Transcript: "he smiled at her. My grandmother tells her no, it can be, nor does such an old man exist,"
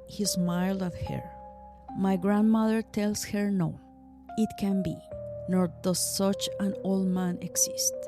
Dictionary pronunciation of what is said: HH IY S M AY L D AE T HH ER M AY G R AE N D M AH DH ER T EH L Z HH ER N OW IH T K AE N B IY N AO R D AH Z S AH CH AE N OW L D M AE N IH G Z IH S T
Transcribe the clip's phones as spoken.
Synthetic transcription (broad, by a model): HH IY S M AY L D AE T HH ER M AY G R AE N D M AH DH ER T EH L S HH ER N OW IH T K AE N B IY N AO R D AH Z S AH CH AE N OW L D M AE N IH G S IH S T